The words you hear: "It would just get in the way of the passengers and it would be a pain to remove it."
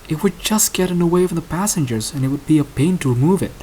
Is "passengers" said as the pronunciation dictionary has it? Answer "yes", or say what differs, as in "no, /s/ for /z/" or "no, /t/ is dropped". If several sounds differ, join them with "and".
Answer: yes